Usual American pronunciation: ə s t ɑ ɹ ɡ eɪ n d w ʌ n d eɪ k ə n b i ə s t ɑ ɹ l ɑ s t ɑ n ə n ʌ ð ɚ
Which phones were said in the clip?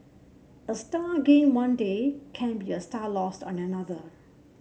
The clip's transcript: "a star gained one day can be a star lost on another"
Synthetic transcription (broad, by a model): ə s t ɑ ɡ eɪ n w ʌ n d eɪ k ə n b i ə s t ɑ l ɑ s t ɑ n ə n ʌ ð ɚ